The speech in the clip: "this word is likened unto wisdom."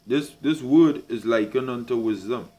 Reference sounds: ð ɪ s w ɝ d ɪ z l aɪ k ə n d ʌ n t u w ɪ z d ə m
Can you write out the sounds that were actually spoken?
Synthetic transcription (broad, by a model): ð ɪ s w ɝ d ɪ z l aɪ k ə n ʌ n t u w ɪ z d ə m